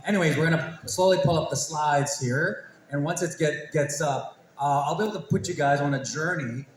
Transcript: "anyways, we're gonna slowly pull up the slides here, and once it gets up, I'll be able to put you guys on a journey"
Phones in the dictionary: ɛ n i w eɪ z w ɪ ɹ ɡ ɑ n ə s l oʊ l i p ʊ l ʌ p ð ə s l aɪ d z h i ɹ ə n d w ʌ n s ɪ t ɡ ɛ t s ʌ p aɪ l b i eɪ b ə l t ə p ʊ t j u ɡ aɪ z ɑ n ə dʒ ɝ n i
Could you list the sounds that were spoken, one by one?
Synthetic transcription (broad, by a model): ɛ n i w eɪ z w ɪ ɹ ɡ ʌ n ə s l oʊ l i p ʊ l ʌ p ð ə s l aɪ d z h i ɹ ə n w ʌ n s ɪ t ɡ ɛ t s ʌ p aɪ l b i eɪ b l t ə p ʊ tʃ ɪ ɡ aɪ z n ə dʒ ɝ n i